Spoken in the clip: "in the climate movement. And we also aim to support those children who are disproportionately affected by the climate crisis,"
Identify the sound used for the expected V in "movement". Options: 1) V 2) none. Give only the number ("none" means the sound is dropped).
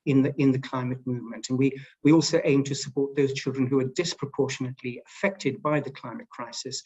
1